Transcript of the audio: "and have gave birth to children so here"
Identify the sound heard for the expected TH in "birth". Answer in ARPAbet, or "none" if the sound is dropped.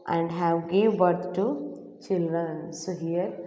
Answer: T